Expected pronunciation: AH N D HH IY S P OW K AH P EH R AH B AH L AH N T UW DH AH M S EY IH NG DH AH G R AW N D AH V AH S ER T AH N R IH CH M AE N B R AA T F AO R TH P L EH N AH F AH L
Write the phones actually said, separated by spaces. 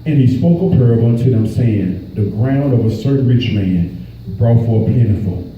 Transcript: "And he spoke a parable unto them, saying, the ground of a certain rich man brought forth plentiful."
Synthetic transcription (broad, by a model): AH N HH IY S P OW K AH P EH R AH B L AH N T UW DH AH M S EY IH NG DH AH G R AW N D AH V AH S ER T R IH CH M AE N B R AA T F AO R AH P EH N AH F L